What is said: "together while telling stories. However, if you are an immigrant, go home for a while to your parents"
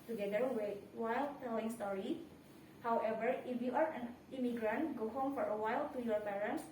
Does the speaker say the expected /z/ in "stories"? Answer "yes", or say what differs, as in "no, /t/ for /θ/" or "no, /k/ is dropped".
no, /z/ is dropped